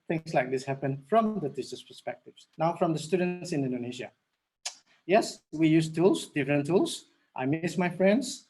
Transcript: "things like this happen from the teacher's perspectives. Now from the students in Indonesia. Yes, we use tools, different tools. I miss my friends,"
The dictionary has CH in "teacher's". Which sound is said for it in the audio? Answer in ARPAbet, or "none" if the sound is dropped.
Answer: S